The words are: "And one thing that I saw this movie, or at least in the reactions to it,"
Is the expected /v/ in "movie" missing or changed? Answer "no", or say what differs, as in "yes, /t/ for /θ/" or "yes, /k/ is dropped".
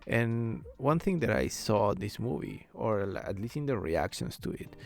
no